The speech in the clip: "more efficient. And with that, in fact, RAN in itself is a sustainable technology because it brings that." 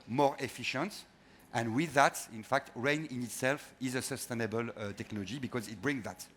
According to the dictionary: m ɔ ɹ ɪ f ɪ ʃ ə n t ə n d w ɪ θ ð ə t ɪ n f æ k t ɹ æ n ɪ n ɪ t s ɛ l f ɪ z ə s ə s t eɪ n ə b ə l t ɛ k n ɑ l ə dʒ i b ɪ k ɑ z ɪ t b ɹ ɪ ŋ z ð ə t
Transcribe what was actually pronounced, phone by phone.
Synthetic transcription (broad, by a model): m ɔ ɹ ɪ f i ʃ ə n t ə n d w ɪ ð ə t ɪ n f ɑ k t ɹ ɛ n ɪ n ɪ t s ɛ l f ɪ z ə s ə s t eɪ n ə b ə l t ɛ k n ɑ l ə dʒ i b ɪ k ɑ z ɪ t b ɹ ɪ ŋ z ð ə t